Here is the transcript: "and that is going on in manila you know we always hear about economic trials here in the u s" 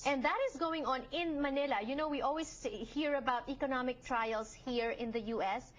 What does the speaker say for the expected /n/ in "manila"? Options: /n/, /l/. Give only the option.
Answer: /n/